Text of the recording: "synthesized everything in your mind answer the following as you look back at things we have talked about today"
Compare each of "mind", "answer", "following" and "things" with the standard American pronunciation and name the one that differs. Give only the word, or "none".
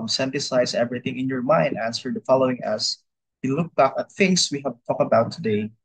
things